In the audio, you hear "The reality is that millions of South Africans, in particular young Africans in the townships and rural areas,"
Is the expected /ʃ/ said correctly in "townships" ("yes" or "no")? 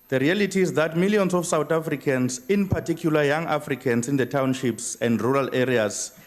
yes